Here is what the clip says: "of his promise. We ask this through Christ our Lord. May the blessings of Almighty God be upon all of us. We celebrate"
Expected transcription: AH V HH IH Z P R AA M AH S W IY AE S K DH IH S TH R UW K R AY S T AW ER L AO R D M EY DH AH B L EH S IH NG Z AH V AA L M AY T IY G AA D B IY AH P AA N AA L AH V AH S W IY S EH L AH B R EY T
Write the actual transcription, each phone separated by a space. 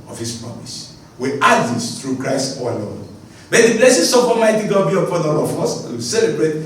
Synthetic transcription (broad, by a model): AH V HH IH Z P R AA M AH S W IY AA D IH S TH R UW K R AY S T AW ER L AO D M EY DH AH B L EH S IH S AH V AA M AY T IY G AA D B IY AH P AA N AA L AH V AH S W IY S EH L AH B R EY T